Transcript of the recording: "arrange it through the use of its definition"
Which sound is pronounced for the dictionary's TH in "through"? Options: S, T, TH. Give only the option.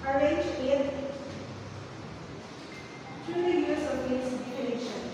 T